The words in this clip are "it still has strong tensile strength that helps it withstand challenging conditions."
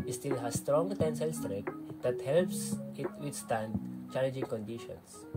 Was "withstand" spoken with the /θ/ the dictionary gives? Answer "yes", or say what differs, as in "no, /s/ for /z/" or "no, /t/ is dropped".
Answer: no, /t/ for /θ/